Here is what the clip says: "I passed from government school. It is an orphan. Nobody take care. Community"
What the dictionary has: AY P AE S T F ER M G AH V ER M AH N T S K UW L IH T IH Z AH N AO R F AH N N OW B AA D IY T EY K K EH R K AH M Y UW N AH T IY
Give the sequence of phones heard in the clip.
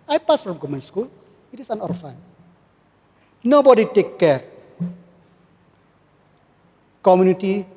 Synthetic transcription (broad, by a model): AY P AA S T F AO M G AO M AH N S K UW L IH T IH S AH N AO R F AH N N OW B AA D IY T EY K K EH R K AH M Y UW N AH T IY